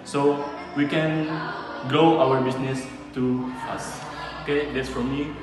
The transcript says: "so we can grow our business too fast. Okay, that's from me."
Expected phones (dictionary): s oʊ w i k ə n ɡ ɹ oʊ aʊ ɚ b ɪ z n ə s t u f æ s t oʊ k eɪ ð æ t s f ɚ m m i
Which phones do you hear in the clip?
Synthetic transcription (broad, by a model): s oʊ w i k ə n ɡ oʊ aʊ ɚ b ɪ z n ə s t u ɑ s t oʊ k eɪ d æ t s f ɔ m m i